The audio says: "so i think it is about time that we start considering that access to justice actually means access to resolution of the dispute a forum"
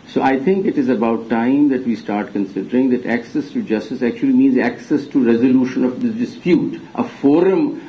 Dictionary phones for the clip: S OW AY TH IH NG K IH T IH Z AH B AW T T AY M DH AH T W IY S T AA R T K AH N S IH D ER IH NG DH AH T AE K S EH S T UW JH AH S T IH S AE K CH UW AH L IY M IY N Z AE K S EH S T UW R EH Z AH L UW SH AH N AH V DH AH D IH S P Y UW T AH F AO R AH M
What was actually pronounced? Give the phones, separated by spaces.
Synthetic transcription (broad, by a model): S OW AY T IH NG K IH T IH Z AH B AW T T AY M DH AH T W IY S T AA R T K AH N S IH D ER IH NG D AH T AE K S EH S T UW JH AH S T IH S AE K CH UW AH L IY M IY N Z AE K S EH S T UW R EH Z AH L UW SH AH N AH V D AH D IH S P Y UW T AH F AO R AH M